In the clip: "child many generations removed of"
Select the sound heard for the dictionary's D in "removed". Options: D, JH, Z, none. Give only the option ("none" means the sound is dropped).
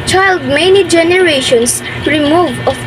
none